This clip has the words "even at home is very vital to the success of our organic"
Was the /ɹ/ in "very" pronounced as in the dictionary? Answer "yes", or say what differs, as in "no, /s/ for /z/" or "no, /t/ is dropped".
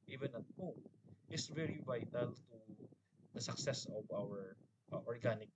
yes